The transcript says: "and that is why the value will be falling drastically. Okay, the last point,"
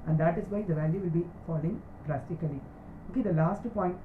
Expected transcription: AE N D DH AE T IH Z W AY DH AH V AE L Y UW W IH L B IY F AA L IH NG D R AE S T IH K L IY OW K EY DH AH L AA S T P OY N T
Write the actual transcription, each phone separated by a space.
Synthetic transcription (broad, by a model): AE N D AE T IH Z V AY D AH V AE L Y UW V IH L B IY F AA L IH NG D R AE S T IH K L IY OW K EY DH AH L AA S T P OY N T